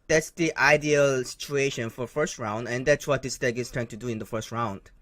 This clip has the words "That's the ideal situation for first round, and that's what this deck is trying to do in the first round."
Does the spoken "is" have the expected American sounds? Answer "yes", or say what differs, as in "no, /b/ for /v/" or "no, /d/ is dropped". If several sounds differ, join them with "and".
no, /s/ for /z/